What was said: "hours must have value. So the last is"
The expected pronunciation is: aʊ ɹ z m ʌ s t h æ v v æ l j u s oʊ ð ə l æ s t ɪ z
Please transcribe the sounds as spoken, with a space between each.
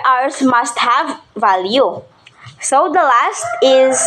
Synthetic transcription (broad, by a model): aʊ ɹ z m ʌ s t h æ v v æ l j u s oʊ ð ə l æ s t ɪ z